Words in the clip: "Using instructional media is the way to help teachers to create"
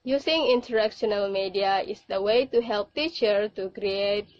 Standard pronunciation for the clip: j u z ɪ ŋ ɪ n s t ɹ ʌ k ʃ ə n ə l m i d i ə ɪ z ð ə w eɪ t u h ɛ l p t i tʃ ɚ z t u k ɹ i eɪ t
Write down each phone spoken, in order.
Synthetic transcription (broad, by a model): j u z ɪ ŋ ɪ n t ɹ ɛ k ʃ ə n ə l m i d i ə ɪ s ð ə w eɪ t u h ɛ l p t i tʃ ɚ t u k ɹ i eɪ t